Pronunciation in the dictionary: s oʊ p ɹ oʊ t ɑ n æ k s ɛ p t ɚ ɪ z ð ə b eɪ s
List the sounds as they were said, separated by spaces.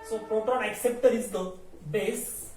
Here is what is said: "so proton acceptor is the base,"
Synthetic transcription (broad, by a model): s oʊ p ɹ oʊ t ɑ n æ k s ɛ p t ɚ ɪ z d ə b eɪ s